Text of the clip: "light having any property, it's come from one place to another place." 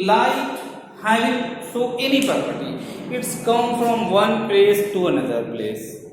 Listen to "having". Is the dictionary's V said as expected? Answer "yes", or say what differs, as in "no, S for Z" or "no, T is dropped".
no, V is dropped